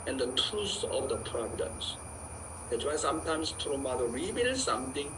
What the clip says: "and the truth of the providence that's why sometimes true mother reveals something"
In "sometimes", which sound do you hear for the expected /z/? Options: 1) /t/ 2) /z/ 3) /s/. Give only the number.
3